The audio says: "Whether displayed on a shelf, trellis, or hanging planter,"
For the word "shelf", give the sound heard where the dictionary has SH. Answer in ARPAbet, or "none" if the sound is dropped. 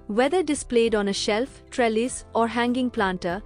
SH